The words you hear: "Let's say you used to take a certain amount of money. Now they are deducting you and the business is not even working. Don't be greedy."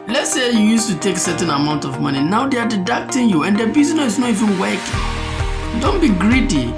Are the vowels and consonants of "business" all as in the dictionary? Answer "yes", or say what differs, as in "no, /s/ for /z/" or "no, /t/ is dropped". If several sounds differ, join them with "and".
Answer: no, /s/ is dropped